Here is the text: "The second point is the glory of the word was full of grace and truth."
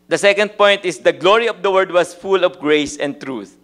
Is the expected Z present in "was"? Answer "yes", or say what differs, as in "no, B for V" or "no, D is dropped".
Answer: no, S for Z